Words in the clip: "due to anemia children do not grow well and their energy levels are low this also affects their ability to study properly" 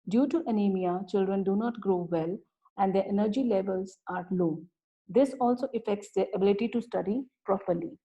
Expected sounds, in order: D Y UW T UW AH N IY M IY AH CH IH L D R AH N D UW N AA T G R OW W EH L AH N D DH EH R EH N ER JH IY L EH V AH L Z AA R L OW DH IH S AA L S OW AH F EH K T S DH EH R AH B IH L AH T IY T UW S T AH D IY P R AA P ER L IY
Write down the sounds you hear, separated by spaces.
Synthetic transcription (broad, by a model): D Y UW T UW AH N IY M IY AH CH IH L D R AH N D UW N AA T G R OW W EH L AH N D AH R EH N ER JH IY L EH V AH L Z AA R L OW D IH S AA L S OW AH F EH K T S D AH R AH B IH L AH T IY T UW S T AH D IY P R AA P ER L IY